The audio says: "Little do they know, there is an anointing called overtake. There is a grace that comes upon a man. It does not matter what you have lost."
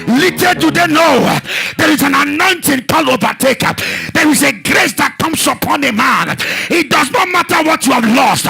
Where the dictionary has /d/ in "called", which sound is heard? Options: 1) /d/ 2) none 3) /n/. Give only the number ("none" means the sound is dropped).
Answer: 2